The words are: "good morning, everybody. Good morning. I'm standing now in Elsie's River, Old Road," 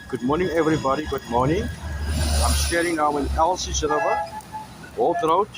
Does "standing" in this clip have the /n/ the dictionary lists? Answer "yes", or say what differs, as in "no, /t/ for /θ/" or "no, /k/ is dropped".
no, /n/ is dropped